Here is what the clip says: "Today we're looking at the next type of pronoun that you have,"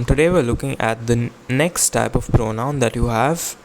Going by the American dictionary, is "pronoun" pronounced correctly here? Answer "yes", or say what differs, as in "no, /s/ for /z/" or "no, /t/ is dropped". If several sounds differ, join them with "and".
yes